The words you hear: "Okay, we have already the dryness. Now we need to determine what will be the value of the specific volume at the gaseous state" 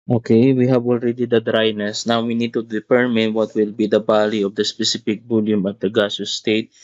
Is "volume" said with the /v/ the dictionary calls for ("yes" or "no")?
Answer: no